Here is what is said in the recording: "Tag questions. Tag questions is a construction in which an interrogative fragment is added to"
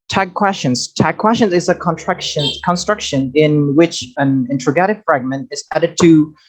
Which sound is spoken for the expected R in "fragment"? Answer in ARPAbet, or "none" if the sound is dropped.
R